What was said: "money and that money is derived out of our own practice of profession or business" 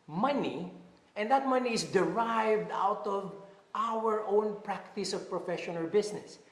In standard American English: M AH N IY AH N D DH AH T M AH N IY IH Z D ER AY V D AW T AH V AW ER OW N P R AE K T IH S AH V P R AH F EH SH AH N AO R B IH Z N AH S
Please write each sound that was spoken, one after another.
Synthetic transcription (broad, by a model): M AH N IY AH N D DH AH T M AH N IY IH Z D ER AY V D AW T AH V AW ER OW N P R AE K T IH S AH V P R AH F EH SH AH N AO L B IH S N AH S